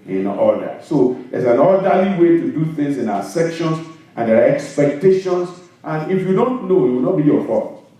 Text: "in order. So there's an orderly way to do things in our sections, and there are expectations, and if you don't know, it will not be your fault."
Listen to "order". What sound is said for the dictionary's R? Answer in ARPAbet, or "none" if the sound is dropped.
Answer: L